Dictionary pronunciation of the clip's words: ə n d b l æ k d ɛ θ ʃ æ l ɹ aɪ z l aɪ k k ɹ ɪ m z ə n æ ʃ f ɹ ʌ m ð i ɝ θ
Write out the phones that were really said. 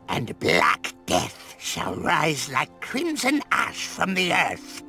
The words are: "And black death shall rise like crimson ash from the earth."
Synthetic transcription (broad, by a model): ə n b l æ k d ɛ θ ʃ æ l ɹ aɪ z l aɪ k k ɹ ɪ m z ə n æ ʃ f ɹ ʌ m ð i ɝ θ